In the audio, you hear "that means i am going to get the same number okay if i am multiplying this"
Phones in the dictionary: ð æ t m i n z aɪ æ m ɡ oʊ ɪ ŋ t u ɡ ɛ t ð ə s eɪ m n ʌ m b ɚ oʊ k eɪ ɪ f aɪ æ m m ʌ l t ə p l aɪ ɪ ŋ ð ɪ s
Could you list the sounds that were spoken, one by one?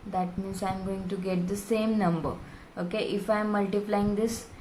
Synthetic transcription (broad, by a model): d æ t m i n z aɪ m ɡ oʊ ɪ ŋ t u ɡ ɛ t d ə s eɪ m n ʌ m b ɚ oʊ k eɪ ɪ f aɪ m m ʌ l t ə p l aɪ ɪ ŋ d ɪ s